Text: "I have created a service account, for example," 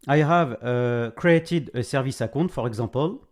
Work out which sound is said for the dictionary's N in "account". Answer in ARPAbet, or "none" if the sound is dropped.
none